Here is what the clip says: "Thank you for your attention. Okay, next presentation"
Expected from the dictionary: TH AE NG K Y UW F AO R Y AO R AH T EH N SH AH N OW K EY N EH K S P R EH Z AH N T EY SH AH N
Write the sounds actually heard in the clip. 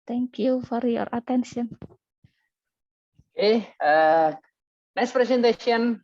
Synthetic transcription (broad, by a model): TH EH NG K Y UW F AO R Y AO R AH T EH N SH AH N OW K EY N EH S P R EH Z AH N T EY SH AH N